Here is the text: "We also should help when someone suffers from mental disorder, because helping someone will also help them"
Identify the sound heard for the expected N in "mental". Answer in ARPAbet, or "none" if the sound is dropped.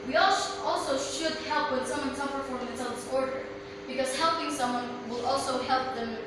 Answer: none